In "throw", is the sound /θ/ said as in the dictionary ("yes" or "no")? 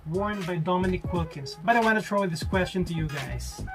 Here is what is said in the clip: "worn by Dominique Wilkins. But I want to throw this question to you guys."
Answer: no